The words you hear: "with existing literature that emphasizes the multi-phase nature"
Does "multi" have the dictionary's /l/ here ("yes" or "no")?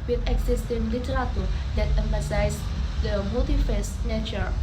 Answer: no